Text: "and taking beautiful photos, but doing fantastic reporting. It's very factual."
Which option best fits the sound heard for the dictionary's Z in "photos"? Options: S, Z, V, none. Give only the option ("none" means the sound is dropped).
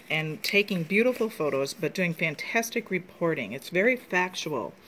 Z